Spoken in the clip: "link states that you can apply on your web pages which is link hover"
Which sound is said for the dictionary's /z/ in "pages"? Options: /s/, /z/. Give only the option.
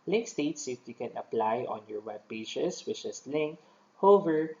/s/